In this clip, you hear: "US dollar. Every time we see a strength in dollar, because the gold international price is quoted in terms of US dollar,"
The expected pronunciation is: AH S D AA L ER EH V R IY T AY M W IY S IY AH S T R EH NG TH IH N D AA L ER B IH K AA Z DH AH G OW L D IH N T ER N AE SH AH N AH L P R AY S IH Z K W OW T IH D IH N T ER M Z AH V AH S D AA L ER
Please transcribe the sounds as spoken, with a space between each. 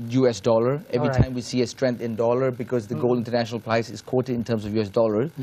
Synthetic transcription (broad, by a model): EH S D AA L ER EH V R IY T AY M W IY S IY AH S T R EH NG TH IH N D AA L ER B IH K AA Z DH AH G OW L IH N T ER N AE SH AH N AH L P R AY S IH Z K W OW T IH D IH N T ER M S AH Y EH S D AA L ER